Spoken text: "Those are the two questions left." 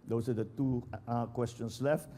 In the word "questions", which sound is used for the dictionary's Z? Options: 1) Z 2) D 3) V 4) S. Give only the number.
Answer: 4